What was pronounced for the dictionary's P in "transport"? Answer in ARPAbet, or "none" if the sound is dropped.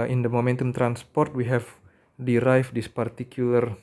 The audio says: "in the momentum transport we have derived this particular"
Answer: P